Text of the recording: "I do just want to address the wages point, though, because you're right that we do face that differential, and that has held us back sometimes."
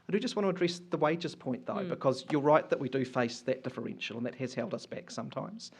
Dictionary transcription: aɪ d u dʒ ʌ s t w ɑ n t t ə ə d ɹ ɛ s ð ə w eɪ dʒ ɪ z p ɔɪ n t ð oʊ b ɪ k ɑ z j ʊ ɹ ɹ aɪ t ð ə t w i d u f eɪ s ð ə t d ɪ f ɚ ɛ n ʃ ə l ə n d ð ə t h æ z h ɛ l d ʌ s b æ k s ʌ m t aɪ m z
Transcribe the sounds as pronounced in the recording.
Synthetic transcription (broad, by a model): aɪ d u dʒ ʌ s t w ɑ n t t ə ə d ɹ ɛ s ð ə w eɪ dʒ ɪ z p ɔɪ n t ð oʊ b ɪ k ɑ z j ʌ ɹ ɹ aɪ t ð ə t w i d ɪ f eɪ s ð ə t d ɪ f ɚ ɛ n ʃ ə l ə n ð ə t h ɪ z h ɛ l d ʌ s b æ k s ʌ m t aɪ m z